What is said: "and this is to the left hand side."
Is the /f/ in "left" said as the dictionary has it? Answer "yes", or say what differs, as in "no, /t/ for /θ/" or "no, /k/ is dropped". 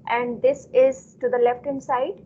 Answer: yes